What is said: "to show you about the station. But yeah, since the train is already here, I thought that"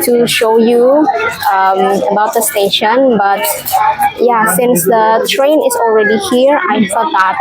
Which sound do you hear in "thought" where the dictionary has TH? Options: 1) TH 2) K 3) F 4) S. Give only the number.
3